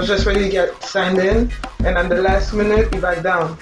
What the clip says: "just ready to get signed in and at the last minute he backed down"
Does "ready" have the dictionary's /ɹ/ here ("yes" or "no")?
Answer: no